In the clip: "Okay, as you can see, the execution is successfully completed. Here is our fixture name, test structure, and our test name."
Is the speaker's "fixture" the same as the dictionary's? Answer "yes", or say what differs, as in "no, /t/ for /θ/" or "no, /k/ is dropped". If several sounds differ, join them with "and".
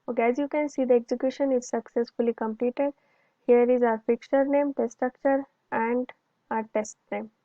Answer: no, /s/ is dropped